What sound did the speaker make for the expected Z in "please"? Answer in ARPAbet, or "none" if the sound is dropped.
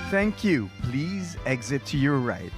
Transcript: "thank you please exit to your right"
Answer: Z